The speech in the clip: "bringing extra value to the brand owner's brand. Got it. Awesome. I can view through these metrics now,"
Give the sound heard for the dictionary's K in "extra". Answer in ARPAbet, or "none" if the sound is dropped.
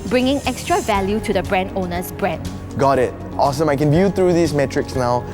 K